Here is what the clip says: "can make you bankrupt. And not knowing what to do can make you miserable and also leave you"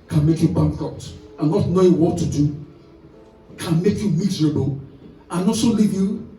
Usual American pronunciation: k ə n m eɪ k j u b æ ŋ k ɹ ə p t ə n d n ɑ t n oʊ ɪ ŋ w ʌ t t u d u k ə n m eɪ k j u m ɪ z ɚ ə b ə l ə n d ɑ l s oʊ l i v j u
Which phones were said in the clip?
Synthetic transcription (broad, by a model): k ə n m eɪ k j u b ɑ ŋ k ə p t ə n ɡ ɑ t n oʊ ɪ w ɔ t t u d u k ə n m eɪ k j u m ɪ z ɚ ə b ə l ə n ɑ s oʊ l i v j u